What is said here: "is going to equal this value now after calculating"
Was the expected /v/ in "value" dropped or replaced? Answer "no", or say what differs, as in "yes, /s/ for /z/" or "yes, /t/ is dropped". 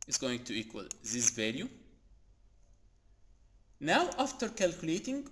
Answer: no